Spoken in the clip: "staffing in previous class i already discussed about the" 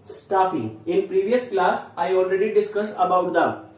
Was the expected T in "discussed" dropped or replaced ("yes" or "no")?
yes